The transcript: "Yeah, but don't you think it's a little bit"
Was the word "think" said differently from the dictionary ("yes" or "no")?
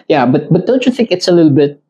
no